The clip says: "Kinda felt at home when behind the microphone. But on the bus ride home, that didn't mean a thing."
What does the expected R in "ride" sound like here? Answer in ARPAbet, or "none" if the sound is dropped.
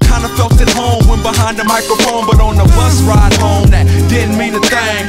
R